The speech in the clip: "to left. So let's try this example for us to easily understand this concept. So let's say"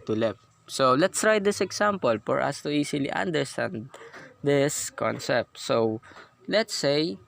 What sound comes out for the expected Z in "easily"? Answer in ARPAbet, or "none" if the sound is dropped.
S